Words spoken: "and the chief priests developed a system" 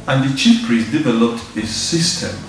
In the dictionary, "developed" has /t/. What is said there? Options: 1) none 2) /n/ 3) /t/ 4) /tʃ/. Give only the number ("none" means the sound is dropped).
3